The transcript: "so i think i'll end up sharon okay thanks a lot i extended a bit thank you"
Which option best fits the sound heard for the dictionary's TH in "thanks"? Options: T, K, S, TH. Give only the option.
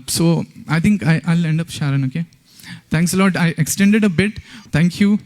T